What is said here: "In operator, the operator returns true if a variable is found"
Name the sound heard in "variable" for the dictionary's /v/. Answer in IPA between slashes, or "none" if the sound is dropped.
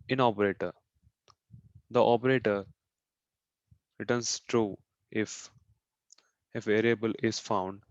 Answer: /f/